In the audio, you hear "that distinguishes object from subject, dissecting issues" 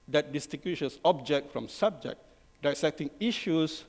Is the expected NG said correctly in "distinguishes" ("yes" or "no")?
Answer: no